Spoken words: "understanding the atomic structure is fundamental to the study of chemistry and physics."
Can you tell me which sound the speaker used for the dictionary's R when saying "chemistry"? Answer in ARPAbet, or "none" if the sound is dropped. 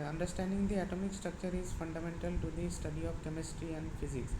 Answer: R